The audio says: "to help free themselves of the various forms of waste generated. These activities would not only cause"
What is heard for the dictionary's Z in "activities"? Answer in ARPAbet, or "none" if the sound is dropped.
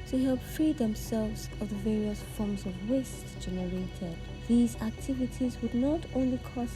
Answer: Z